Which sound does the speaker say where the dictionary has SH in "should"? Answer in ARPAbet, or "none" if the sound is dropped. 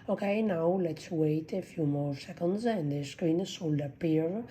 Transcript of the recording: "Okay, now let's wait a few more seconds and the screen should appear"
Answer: S